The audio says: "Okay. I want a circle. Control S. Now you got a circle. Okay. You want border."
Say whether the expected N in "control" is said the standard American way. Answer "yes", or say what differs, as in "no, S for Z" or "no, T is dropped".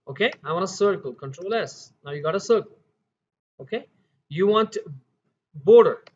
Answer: yes